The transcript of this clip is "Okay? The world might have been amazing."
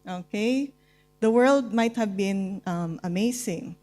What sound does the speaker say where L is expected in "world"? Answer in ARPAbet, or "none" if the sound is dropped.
L